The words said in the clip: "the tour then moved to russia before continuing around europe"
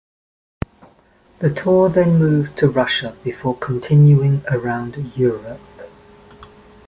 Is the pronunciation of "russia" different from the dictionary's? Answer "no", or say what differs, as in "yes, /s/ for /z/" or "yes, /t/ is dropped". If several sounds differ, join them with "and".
no